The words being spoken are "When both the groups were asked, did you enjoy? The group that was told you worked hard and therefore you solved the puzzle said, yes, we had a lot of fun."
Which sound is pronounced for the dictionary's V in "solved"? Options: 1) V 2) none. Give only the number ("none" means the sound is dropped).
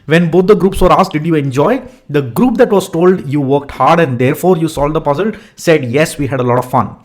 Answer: 2